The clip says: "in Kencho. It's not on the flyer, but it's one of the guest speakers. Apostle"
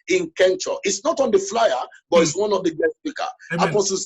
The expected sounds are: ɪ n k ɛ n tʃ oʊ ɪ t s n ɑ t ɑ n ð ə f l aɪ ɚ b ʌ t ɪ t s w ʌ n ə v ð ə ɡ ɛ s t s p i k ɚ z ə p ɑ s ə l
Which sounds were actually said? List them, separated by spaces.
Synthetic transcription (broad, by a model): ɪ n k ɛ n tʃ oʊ ɪ t s n ɑ t ɑ n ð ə f l aɪ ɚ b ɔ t ɪ t s w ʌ n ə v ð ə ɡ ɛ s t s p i k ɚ ə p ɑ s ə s